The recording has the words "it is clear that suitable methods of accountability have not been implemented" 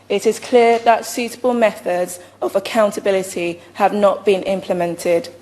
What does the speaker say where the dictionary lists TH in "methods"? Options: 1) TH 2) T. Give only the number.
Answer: 1